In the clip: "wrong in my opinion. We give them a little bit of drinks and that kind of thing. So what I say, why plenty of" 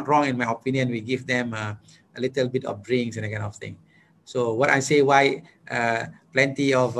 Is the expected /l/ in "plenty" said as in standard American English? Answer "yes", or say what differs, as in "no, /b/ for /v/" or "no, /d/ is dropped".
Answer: yes